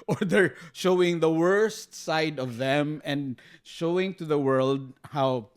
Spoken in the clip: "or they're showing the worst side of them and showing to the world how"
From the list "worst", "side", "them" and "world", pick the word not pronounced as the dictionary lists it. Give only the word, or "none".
none